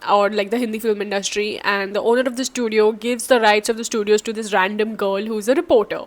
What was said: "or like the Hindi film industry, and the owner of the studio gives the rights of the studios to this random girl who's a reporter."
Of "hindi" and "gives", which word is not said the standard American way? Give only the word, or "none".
none